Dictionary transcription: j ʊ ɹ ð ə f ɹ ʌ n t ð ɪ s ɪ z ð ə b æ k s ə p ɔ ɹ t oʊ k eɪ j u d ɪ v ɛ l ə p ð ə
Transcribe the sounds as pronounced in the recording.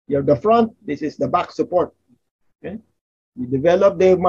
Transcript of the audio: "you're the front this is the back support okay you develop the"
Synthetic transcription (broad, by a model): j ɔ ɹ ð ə f ɹ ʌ n t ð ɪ s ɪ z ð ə b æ k s ə p ɔ ɹ t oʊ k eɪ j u d ɪ v ɛ l ə p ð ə